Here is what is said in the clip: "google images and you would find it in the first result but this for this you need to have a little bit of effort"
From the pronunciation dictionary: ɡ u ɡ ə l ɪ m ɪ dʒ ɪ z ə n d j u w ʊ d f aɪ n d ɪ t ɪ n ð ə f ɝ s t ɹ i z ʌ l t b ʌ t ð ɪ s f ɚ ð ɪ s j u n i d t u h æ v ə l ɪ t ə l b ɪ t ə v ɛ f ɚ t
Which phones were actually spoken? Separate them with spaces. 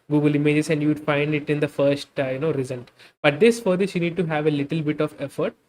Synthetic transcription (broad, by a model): ɡ u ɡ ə l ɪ m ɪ dʒ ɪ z ə n d j u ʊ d f aɪ n d ɪ t ɪ n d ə f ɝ s t ɹ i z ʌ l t b ʌ t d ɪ s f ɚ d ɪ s j u n i d t u h æ v ə l ɪ t ə l b ɪ t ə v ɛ f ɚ t